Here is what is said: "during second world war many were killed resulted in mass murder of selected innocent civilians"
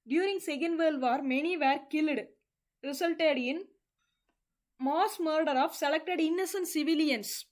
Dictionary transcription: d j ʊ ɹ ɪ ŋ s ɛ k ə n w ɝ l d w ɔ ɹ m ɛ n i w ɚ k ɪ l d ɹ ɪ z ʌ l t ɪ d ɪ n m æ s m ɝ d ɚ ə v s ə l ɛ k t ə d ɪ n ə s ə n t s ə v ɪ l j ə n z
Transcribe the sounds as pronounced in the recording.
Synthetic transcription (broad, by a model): d j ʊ ɹ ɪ ŋ s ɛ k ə n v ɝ l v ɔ ɹ m ɛ n i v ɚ k ɪ l d ɹ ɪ s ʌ l t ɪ d ɪ n m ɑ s m ɝ d ɚ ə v s ə l ɛ k t ə d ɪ n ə s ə n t s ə v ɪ l j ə n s